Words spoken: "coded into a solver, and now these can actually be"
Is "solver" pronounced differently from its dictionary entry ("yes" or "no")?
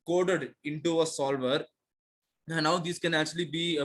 no